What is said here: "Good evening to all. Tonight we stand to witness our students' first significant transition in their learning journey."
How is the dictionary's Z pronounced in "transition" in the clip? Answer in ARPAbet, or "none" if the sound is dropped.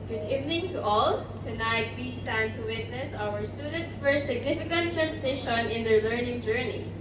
S